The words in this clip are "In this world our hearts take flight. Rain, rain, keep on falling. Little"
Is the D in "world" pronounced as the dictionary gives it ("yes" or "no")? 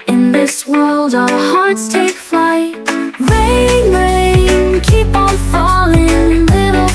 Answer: yes